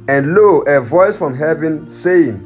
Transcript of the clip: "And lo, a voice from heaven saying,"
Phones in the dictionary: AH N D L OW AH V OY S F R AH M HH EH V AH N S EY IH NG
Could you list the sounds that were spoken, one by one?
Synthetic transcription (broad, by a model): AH N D L OW AH V OY S F R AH M HH EH V AH N S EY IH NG